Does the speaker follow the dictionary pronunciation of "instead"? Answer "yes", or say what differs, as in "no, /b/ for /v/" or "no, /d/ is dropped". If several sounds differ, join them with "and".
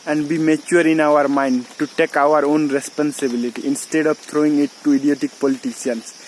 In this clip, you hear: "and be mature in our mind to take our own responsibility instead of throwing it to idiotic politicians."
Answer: yes